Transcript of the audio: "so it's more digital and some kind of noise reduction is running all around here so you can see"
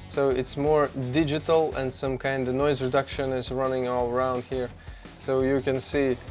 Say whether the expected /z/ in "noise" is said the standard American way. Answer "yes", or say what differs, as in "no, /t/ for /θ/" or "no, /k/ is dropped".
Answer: yes